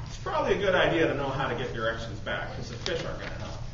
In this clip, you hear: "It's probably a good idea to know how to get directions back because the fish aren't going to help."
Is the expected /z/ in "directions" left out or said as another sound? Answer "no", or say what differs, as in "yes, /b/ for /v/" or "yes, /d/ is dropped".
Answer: no